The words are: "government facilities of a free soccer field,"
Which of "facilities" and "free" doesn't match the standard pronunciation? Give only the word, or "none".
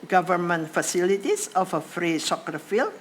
facilities